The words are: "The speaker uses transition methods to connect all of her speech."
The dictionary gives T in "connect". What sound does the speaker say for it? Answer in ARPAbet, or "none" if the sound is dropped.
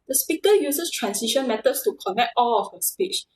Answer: T